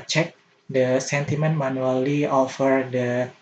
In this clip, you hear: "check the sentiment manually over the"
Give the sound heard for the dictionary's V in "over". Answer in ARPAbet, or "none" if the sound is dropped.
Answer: F